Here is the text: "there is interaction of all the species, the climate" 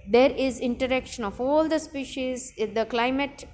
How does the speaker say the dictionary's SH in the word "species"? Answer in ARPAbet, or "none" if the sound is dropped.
SH